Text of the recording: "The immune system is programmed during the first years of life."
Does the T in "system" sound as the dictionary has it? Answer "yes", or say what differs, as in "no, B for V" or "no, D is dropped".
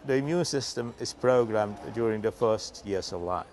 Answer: yes